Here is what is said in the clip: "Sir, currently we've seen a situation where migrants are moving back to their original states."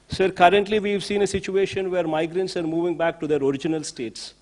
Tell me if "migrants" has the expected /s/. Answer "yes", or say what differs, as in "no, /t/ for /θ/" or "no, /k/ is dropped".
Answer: yes